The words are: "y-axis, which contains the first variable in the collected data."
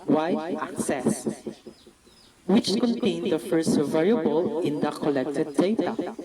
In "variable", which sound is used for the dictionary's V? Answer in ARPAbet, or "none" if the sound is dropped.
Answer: V